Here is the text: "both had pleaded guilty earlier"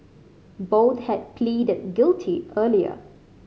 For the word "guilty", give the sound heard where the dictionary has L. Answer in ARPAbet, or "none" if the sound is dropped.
L